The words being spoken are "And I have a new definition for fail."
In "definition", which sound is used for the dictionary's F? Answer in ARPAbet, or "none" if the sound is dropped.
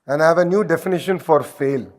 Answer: F